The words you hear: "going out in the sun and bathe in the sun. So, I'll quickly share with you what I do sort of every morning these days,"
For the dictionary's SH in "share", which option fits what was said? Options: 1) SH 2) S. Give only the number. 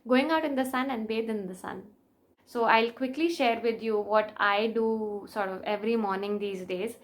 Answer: 1